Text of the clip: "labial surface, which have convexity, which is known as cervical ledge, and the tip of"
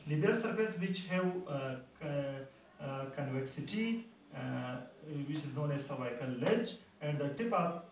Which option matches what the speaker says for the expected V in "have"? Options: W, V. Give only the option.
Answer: W